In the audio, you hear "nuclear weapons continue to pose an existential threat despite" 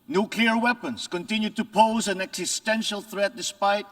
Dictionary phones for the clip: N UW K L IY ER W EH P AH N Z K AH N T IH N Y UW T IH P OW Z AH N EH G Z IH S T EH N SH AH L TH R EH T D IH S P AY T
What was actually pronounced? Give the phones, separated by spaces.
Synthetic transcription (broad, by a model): N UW K L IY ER W EH P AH N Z K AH N T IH N Y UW T IH P OW Z AH N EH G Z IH S T EH N SH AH L TH R EH T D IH S P AY T